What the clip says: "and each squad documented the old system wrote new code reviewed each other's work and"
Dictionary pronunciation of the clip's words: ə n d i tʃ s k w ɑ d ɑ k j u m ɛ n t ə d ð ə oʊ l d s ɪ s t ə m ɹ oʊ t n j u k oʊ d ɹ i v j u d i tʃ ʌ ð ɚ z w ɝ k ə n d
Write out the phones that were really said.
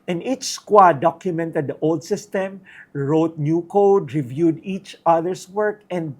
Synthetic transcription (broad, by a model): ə n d i tʃ s k w ɑ d ɑ k j u m ɛ n t ə d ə oʊ l d s ɪ s t ə m ɹ oʊ t n j u k oʊ d ɹ i v j u d i tʃ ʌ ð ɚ s w ɝ k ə n d